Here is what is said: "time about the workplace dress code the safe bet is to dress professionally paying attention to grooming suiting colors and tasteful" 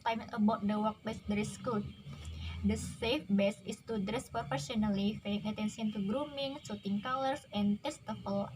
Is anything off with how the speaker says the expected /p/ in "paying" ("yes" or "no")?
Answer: yes